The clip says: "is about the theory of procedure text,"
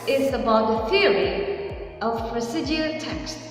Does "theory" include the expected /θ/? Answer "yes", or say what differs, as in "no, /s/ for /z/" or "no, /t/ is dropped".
yes